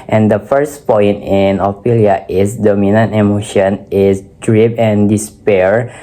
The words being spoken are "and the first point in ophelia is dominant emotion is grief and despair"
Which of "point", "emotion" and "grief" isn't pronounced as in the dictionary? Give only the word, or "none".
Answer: grief